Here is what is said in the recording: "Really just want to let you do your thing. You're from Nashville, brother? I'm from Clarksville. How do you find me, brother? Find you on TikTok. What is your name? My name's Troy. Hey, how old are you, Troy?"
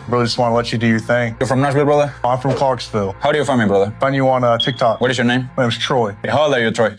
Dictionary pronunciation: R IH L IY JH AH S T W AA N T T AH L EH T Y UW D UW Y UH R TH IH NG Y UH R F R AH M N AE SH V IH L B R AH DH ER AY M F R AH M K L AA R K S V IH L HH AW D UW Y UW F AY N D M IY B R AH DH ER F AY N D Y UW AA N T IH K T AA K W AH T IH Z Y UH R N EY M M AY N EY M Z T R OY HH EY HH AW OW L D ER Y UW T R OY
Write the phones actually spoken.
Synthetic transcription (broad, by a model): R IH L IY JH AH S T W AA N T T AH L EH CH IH D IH Y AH R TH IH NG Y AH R F R AH M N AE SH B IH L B R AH DH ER AY M F R AH M K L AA R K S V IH L HH AW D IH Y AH F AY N M IY B R AH DH ER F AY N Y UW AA N T IH K T AA K W AH T IH Z Y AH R N EY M M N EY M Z T R OY HH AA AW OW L ER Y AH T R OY